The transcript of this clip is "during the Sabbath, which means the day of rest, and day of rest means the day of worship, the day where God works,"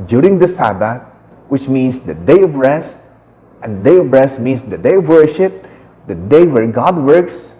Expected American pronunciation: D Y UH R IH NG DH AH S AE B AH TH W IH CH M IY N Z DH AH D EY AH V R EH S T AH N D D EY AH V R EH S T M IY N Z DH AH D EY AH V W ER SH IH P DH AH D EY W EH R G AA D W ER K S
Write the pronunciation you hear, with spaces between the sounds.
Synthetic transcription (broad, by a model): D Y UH R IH NG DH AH S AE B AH T W IH CH M IY N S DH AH D EY AH V R EH S T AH N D D EY AH V R EH S T M IY N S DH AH D EY AH V W ER SH IH P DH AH D EY W EH R G AA D W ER K S